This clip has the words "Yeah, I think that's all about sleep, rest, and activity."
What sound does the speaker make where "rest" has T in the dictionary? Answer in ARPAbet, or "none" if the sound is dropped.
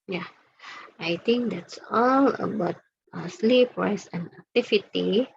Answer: none